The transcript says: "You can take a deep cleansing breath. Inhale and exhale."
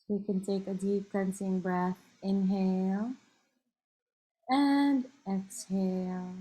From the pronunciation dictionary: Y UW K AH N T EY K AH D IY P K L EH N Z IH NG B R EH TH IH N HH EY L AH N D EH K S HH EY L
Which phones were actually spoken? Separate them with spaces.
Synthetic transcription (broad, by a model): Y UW K AH N T EY K AH D IY P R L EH N S IH NG B R EH TH IH N HH EY L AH N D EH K S HH EY L